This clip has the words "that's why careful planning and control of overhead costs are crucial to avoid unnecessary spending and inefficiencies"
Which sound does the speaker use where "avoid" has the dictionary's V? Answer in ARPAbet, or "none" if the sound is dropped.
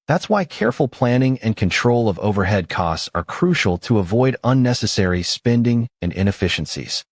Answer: V